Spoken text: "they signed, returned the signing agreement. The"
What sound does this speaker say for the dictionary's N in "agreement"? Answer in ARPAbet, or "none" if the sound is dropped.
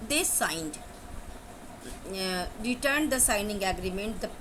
N